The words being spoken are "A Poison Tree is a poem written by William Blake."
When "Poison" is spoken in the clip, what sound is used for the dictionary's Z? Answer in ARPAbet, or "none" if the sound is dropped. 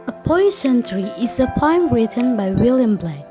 S